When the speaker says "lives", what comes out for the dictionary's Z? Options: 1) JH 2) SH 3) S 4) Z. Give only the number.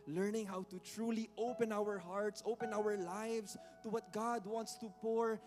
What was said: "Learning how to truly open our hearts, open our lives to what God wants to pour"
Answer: 3